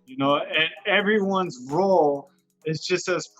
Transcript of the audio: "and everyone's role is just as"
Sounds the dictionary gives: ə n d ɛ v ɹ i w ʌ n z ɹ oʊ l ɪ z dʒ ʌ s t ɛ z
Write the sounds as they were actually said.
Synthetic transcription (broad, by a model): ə n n ɛ v ɹ i w ʌ n z ɹ oʊ l ɪ z dʒ ʌ s t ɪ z